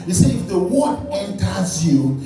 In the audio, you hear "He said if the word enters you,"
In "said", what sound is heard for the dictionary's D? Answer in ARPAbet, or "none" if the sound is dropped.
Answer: none